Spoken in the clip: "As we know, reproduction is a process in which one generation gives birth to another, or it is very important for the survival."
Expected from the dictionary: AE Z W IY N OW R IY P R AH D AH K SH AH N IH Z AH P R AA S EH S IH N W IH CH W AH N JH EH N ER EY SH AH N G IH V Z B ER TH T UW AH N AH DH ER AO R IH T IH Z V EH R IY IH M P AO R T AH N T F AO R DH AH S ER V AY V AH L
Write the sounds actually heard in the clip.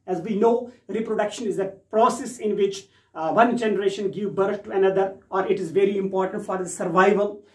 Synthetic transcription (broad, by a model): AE Z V IY N OW R IY P R AH D AH K SH AH N IH Z AH P R AA S EH S IH N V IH CH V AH N JH EH N ER EY SH AH N G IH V B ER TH T UW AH N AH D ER AO R IH T IH Z V EH R IY IH M P AO R T AH N T F AO R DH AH S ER V AY V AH L